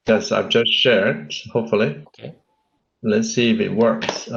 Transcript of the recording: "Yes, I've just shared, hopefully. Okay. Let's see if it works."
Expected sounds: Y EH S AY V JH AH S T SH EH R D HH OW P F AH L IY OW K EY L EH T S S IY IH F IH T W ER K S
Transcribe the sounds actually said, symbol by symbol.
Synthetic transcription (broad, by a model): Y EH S AY V JH AH S T SH EH R D HH OW P F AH L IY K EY L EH T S S IY IH F IH T W ER K S